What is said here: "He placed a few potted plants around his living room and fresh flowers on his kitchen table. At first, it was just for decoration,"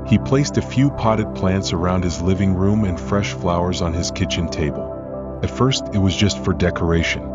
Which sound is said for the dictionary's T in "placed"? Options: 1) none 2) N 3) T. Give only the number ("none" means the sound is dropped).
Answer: 3